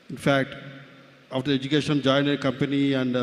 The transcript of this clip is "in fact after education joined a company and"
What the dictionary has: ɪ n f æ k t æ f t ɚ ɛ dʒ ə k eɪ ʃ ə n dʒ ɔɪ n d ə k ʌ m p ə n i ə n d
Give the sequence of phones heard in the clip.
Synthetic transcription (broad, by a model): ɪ n f æ k t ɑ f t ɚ ɛ dʒ ə k eɪ ʃ ə n dʒ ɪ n ə k ʌ m p ə n i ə n d